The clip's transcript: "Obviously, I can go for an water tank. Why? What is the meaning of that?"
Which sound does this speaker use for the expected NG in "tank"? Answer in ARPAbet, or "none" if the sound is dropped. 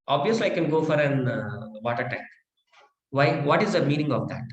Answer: none